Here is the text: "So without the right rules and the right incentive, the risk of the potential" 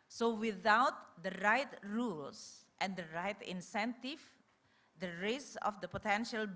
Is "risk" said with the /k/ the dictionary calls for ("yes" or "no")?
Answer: no